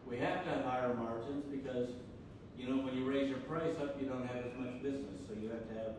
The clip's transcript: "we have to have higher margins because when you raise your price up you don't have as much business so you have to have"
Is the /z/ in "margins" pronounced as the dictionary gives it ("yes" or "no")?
yes